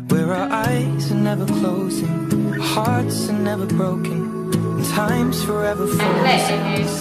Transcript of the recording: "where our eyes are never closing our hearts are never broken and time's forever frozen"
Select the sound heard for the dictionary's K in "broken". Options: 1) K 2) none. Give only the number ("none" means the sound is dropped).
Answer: 2